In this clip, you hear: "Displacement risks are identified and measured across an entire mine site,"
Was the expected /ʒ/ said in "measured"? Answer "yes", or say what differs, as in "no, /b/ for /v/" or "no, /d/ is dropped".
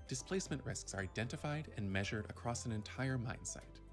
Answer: yes